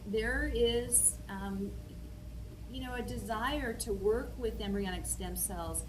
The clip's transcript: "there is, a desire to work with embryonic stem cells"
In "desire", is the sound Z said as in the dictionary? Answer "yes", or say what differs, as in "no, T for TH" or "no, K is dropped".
yes